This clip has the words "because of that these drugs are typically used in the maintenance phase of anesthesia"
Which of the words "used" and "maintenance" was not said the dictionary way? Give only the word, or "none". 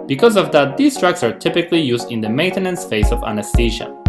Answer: none